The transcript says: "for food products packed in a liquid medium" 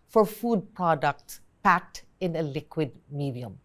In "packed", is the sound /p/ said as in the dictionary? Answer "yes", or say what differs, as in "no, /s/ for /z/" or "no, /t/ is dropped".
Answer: yes